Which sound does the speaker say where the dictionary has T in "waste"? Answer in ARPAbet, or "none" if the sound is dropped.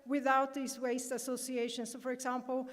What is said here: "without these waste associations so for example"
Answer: T